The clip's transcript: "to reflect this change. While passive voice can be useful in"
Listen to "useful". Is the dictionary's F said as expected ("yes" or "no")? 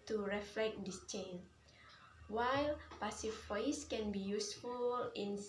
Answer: yes